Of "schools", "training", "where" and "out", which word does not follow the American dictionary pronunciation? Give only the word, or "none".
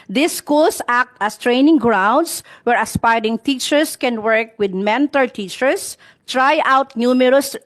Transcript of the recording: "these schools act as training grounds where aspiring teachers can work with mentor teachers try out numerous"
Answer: schools